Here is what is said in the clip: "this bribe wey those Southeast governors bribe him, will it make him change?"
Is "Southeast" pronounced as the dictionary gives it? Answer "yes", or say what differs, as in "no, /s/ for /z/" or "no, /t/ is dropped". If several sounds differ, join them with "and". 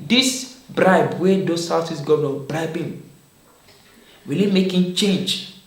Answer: no, /s/ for /θ/